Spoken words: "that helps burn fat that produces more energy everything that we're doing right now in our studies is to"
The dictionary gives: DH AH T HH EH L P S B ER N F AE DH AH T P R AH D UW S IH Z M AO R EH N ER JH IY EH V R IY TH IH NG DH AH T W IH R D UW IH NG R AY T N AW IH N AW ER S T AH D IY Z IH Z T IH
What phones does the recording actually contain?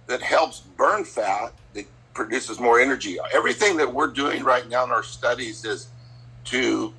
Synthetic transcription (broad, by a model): DH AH T HH EH L P S B ER N F AE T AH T P R AH D UW S IH Z M AO R EH N ER JH IY EH V R IY TH IH NG DH AH T W IH R D UW IH NG R AY T N AW IH N AW ER S T AH D IY Z IH Z T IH